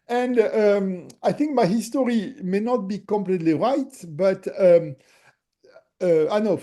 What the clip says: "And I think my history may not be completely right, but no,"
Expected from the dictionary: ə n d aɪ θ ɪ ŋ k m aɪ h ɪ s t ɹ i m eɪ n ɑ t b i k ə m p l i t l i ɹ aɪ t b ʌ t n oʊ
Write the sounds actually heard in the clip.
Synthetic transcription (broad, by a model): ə n d aɪ θ ɪ ŋ k m aɪ h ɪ s t ɹ i m eɪ n ɑ t b i k ə m p l i t l i ɹ aɪ t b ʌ t n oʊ